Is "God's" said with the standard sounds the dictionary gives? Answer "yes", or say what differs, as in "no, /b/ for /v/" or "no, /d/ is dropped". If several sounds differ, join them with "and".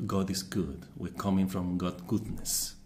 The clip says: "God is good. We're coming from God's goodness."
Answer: no, /z/ is dropped